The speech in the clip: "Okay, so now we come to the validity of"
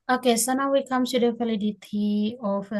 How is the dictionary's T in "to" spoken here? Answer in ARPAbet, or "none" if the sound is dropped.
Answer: S